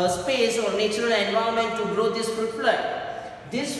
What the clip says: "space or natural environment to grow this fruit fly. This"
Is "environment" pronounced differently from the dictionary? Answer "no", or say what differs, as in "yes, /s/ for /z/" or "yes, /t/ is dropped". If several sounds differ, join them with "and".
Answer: yes, /ɹ/ is dropped